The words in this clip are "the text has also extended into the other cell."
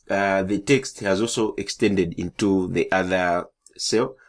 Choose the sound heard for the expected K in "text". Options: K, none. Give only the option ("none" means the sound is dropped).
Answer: K